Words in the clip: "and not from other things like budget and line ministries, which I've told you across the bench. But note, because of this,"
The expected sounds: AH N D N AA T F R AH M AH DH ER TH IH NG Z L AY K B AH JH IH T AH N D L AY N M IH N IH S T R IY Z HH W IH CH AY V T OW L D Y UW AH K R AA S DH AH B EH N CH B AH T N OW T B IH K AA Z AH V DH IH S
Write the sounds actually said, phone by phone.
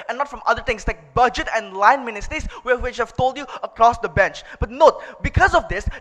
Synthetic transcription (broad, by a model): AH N N AA T F R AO M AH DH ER T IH NG S L AY K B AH JH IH T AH N L AY N M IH N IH S T R IY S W W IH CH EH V T OW L D Y UW AH K R AA S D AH B EH N CH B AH T N OW T B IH K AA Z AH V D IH S